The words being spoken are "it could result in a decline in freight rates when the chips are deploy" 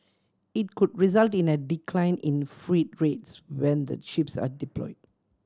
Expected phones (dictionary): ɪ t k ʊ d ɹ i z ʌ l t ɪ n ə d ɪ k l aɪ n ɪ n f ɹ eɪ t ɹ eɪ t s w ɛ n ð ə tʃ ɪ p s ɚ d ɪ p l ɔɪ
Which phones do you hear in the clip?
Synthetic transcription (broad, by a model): ɪ t k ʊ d ɹ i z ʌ l t ɪ n ə d ɪ k l aɪ n ɪ n f ɹ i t ɹ eɪ t s w ɛ n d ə ʃ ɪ p s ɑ d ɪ p l ɔɪ